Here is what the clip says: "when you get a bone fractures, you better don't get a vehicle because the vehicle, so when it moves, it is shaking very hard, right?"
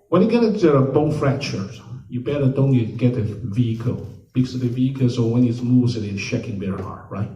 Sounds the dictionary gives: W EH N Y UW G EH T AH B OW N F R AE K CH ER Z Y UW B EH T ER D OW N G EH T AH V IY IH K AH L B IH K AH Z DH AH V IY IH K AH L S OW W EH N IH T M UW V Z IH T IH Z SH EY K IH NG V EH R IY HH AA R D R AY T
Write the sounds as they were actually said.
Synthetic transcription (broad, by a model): W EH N Y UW G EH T AH B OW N F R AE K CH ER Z Y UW B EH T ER D OW N G EH T AH V IY IH K AH L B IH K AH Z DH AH V IY IH K AH L S OW W EH N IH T M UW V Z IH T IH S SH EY K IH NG B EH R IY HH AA R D R AY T